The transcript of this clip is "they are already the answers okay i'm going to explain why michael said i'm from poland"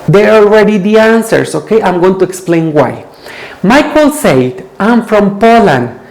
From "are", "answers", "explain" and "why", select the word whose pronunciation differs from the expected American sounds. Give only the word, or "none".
answers